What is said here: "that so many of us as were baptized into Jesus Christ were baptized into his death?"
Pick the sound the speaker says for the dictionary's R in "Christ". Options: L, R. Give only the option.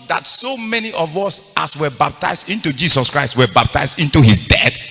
R